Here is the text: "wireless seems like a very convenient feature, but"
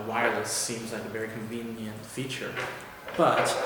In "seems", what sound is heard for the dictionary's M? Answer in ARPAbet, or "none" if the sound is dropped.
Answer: M